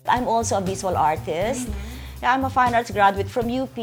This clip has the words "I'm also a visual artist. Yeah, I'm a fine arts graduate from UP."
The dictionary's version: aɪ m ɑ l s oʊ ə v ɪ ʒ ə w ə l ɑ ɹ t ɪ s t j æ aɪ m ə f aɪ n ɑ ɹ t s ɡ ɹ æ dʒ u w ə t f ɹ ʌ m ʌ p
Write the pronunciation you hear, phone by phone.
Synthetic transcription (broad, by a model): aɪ m ɑ l s oʊ ə b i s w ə l ɑ ɹ t ɪ s t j aɪ m ə f aɪ n ɑ ɹ t s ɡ ɹ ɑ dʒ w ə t f ɹ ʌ m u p